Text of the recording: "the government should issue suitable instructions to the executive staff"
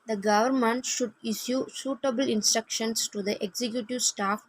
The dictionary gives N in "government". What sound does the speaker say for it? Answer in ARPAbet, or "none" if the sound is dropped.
N